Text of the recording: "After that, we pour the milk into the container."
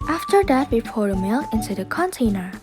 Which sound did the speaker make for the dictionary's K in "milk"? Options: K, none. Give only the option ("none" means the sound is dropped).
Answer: none